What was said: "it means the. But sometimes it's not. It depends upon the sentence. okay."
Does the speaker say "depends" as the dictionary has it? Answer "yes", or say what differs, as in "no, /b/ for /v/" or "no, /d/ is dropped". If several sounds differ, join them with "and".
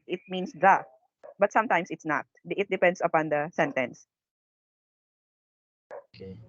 no, /s/ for /z/